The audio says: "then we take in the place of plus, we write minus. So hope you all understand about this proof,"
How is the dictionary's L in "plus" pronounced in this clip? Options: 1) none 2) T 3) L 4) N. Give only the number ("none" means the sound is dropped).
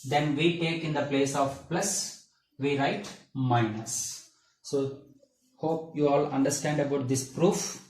3